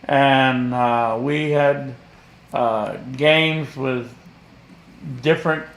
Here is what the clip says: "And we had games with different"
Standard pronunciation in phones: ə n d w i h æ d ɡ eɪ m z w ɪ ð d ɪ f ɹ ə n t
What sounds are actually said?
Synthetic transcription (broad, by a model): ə n w i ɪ d ɡ eɪ m z w ɪ ð d ɪ f ɹ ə n t